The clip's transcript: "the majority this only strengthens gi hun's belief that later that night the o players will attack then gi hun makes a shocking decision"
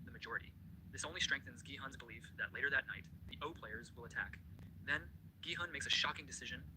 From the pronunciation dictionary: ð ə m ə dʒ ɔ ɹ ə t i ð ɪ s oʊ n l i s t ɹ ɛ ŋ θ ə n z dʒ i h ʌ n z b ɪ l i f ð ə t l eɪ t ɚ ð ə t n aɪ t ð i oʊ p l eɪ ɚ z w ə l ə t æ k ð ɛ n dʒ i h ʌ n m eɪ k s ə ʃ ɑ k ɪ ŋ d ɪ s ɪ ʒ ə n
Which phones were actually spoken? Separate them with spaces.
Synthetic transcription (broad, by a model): ð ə m ə dʒ ɔ ɹ ə t i ð ɪ s oʊ n l i s t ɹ ɛ ŋ θ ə n z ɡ i h ʌ n z b ɪ l i f ð ə t l eɪ t ɚ ð ə t n aɪ t ð i oʊ p l eɪ ɚ z w ə l ə t æ k ð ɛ n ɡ i h ʌ n m eɪ k s ə ʃ ɑ k ɪ ŋ d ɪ s ɪ ʒ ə n